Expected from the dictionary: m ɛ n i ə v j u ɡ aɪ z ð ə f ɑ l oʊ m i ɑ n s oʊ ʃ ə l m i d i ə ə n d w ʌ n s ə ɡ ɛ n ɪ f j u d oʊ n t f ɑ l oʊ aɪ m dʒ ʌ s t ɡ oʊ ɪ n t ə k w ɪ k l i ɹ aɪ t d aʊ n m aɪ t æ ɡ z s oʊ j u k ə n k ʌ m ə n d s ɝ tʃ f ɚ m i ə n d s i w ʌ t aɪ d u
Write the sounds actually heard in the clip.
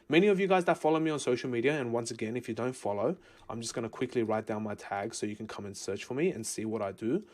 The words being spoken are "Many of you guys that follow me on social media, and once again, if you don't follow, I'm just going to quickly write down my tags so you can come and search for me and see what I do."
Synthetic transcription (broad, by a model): m ɛ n i ə v j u ɡ aɪ z ð ə f ɑ l oʊ m i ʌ n s oʊ ʃ l m i d i ə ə n w ʌ n s ə ɡ ɛ n ɪ f j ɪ d oʊ n t f ɑ l oʊ aɪ m dʒ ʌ s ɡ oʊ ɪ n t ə k w ɪ k l i ɹ aɪ t d aʊ n m aɪ t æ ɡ s oʊ j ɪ k n k ʌ m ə n s ɝ tʃ f ɚ m i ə n s i w ʌ t aɪ d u